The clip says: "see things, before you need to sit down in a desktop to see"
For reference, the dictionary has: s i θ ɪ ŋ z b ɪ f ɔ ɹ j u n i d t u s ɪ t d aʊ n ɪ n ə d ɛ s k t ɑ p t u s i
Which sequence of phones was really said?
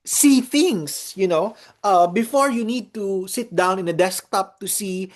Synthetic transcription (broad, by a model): s i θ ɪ ŋ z b ɪ f ɔ ɹ j u n i d t u s ɪ t d aʊ n ɪ n ə d ɛ s k t ɑ p t u s i